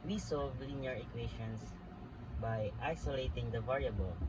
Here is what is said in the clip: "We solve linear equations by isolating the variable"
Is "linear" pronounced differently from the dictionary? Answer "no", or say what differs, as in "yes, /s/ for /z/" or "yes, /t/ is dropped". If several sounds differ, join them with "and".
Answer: yes, /w/ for /l/